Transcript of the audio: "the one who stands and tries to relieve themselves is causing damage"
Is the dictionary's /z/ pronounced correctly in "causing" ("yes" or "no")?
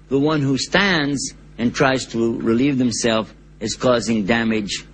yes